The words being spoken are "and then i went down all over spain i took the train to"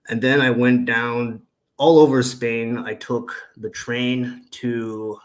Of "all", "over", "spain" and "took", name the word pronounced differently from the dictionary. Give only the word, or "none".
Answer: none